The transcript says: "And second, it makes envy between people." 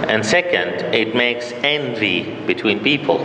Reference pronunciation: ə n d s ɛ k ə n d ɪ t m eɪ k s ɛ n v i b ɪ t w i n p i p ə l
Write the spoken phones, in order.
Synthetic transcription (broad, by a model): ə n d s ɛ k ə n d ɪ t m eɪ k s ɛ n v i b ɪ t w i n p i p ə l